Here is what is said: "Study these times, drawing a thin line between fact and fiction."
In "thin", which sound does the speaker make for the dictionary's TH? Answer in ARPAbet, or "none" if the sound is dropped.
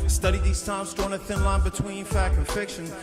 TH